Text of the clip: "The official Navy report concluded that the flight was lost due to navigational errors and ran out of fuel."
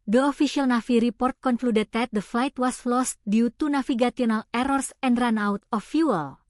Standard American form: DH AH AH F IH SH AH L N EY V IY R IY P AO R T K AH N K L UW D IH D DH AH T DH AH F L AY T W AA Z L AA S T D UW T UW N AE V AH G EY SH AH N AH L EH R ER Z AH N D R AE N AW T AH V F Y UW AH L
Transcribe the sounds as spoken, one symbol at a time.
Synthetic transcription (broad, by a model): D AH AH F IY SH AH L N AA F IY R IY P AO R T K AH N K L UW D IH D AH T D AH F L AY T W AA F L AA S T D UW T UW N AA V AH G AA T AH N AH L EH R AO S AH N D R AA N AW T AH F Y UW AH L